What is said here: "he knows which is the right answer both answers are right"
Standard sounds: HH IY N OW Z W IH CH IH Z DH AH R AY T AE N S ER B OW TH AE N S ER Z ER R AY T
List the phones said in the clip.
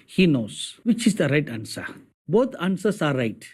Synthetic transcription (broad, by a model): HH IY N OW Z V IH CH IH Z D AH R AY T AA N S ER B OW T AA N S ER S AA R AY T